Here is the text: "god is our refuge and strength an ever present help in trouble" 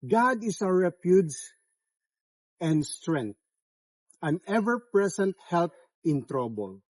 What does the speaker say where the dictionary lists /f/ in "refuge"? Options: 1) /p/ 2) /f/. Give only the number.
1